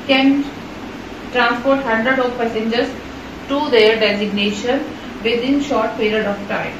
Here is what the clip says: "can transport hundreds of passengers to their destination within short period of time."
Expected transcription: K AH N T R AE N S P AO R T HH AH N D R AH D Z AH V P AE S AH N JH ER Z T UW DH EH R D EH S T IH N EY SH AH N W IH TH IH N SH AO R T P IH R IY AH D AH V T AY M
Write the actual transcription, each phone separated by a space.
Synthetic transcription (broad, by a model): K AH N T R AE N S P AO R T HH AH N D R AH D AH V P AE S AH N JH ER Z T UW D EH R D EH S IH N EY SH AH N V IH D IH N SH AO R T P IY R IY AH D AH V T AY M